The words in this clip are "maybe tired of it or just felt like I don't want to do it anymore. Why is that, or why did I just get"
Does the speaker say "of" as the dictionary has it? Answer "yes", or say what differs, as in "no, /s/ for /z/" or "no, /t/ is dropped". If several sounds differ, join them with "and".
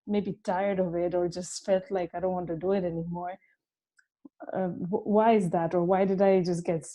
yes